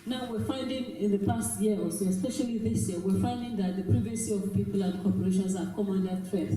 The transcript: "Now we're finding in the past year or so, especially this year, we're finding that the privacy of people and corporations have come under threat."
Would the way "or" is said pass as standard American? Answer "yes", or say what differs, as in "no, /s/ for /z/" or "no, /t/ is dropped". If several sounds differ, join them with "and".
no, /l/ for /ɹ/